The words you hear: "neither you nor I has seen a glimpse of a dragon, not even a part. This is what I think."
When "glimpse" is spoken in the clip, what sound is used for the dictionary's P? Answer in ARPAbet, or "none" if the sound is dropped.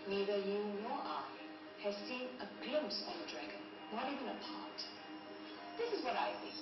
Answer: P